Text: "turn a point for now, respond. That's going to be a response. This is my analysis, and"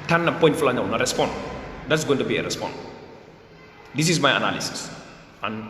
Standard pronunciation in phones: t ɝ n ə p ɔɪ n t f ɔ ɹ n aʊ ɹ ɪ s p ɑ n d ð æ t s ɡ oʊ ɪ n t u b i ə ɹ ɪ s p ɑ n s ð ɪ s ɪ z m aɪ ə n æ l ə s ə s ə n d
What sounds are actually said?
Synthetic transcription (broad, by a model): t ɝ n ə p ɔɪ n t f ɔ l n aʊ ɹ ɪ s p ɑ n d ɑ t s ɡ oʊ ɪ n t u b i ə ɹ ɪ s p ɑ n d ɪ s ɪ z m aɪ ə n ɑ l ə s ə s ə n